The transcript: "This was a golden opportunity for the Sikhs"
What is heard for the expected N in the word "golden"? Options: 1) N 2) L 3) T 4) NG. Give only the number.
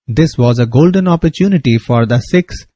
1